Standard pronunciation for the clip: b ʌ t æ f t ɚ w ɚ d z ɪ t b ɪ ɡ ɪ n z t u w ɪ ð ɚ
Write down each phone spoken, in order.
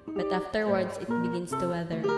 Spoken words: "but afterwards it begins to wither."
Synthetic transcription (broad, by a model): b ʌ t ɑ f t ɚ w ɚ d s ɪ t b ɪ ɡ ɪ n s t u w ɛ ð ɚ